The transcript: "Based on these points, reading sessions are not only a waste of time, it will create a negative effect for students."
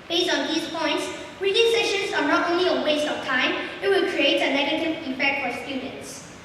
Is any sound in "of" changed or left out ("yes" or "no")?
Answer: yes